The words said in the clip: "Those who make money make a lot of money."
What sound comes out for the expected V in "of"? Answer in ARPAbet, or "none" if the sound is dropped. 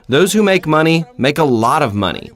V